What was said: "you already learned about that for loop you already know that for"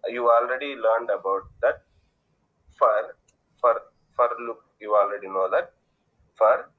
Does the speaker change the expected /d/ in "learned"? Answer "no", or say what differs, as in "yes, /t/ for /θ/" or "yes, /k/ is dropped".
no